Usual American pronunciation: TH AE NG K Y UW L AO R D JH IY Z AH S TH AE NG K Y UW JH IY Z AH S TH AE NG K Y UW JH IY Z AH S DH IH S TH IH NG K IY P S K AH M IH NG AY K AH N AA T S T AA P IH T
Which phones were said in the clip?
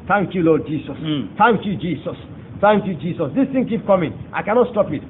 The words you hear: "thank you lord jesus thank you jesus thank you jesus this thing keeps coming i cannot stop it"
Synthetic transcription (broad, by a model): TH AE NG K Y UW L AO D JH IY S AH S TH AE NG K Y UW JH IY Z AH S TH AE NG K Y UW JH IY S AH S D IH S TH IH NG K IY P K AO M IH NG AY K AH N AA T S T AA P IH T